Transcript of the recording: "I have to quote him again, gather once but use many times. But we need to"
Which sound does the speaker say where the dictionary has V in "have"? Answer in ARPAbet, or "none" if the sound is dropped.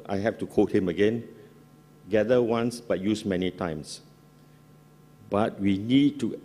F